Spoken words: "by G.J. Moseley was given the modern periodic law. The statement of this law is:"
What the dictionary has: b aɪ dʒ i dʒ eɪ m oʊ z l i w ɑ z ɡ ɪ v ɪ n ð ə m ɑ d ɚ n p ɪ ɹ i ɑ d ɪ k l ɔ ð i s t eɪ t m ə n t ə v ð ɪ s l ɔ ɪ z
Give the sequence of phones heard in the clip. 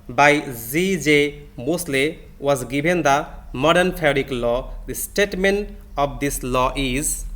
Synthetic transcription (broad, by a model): b aɪ z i dʒ eɪ m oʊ s l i w ɑ z ɡ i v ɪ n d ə m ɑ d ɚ n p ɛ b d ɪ k l ɔ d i s t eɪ t m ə n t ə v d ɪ s l ɔ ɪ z